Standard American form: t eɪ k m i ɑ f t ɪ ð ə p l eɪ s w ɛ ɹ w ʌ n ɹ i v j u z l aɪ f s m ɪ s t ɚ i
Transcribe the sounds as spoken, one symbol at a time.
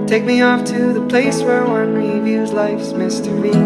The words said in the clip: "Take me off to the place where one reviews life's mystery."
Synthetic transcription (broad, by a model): t eɪ k m i ɑ f t ɪ ð ə p l eɪ s w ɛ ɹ w ʌ n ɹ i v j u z l aɪ f s m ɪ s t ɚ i